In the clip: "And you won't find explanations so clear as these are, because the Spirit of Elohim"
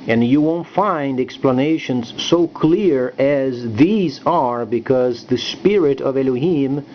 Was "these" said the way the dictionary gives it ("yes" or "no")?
yes